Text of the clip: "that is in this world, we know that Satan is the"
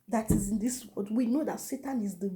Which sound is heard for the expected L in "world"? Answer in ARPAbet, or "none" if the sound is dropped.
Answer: none